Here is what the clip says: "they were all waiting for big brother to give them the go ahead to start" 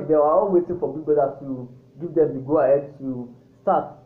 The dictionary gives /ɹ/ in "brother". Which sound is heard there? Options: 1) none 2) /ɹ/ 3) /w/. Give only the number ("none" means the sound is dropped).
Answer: 1